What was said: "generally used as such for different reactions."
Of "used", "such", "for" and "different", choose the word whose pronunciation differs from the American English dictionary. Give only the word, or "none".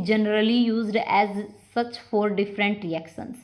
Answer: none